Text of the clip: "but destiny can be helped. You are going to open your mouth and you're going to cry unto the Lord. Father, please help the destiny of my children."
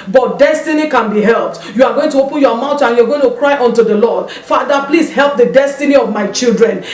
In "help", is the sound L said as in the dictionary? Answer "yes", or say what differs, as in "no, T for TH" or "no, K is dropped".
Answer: yes